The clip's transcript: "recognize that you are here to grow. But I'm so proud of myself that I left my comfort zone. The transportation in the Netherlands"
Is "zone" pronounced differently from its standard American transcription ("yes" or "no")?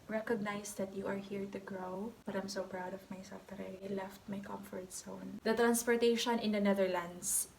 yes